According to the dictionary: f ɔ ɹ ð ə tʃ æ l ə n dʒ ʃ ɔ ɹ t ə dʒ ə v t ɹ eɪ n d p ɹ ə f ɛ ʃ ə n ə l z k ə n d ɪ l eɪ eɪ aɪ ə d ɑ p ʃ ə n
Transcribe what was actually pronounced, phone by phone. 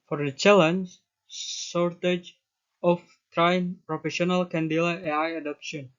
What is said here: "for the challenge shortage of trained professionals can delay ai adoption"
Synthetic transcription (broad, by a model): f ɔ ɹ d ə tʃ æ l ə n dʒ s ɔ ɹ t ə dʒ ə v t ɹ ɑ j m p ɹ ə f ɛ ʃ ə n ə l k ə n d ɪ l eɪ eɪ aɪ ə d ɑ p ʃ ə n